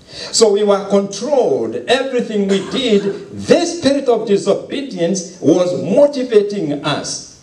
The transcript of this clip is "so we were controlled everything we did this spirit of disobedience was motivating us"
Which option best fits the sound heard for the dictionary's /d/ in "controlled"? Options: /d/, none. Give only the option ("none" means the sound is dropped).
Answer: /d/